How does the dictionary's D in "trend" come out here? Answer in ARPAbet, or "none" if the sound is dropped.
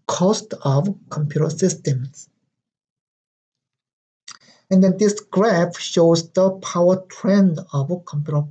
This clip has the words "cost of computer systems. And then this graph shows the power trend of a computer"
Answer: D